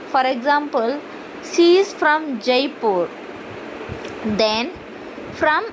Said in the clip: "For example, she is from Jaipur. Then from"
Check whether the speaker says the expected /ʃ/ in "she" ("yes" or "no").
no